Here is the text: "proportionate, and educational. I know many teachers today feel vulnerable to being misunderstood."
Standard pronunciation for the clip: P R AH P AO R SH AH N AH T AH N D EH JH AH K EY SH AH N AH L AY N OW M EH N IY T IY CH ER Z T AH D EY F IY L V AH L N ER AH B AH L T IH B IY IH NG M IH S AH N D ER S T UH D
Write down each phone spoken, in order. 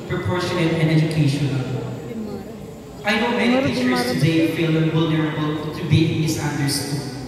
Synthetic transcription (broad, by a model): P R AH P AO R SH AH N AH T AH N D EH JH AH K EY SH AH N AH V AY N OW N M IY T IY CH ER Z T AH D EY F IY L W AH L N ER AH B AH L T IH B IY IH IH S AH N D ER S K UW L